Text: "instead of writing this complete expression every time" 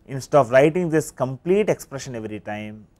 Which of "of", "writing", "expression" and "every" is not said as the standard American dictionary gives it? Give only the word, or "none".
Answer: of